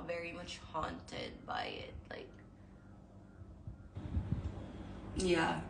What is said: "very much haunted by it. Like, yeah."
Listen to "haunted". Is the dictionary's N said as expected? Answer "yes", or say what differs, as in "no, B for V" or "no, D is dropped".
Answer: yes